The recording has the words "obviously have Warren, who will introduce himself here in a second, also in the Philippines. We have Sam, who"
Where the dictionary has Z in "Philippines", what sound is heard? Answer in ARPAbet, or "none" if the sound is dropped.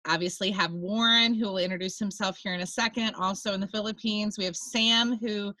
Z